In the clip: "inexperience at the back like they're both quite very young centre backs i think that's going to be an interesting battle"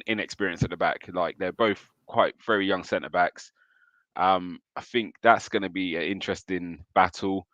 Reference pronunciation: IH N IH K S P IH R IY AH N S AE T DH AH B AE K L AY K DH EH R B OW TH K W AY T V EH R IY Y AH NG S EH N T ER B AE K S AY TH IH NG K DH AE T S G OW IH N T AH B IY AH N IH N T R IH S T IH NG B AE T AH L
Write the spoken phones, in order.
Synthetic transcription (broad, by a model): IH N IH K S P IH R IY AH N S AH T DH AH B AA K L AY K DH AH B OW TH K W AY T V EH R IY Y AH NG S EH N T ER B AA K S AY TH IH NG K DH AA T S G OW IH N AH B IY AH N IH N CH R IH S T IH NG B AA T AH L